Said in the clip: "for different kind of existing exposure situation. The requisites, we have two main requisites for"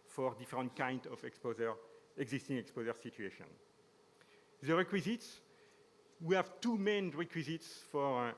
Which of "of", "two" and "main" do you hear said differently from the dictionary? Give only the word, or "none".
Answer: of